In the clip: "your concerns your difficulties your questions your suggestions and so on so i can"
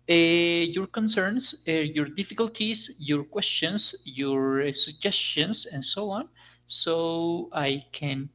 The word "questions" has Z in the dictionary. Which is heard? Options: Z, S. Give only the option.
S